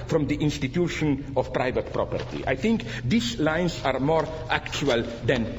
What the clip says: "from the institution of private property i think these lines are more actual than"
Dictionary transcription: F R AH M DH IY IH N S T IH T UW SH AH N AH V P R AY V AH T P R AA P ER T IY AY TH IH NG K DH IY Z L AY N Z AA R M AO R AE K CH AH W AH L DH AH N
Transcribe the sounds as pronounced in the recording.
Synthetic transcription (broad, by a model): F R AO M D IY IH N S T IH T UW SH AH N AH F P R AY V AH T P R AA P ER T IY AY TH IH NG K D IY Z L AY N S AA R M AO R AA K CH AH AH L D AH N